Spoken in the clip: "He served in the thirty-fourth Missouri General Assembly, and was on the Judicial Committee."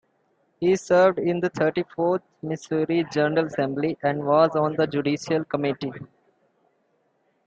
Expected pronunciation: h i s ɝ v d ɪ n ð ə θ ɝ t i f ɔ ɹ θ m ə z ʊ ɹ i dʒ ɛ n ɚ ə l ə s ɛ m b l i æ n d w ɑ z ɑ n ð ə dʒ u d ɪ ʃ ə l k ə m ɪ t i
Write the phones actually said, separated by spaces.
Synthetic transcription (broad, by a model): h i s ɝ v d ɪ n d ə t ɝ t i f ɔ ɹ t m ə s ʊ ɹ i dʒ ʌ n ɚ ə l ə s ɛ m b l i æ n d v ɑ z ɑ n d ə dʒ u d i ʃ ə l k ə m ɪ t i